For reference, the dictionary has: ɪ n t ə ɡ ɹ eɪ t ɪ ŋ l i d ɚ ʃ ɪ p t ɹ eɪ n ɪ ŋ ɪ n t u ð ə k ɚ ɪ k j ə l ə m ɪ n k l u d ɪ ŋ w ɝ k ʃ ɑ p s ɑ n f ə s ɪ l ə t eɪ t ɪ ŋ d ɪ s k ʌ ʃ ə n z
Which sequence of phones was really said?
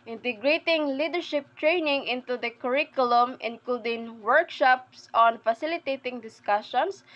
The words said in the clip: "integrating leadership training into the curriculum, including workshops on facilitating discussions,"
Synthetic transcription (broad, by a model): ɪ n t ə ɡ ɹ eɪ t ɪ ŋ l i d ɚ ʃ ɪ p t ɹ eɪ n ɪ ŋ ɪ n t u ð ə k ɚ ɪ k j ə l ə m ɪ n k l u d ɪ ŋ w ɝ k ʃ ɑ p s ɑ n f ə s ɪ l ə t eɪ t ɪ ŋ d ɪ s k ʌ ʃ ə n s